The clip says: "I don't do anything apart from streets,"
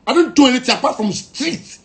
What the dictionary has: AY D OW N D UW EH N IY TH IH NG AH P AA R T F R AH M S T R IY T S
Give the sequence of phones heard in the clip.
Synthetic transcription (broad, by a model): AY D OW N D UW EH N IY T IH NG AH P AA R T F R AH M S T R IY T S